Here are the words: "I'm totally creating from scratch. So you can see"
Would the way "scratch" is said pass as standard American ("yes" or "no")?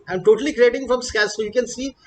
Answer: no